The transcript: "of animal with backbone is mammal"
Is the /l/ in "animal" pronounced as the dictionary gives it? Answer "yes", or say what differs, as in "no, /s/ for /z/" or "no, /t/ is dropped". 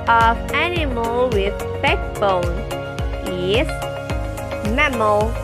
yes